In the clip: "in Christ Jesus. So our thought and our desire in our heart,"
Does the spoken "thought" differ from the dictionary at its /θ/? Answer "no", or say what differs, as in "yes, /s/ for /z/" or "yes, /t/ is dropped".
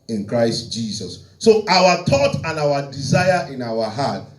yes, /t/ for /θ/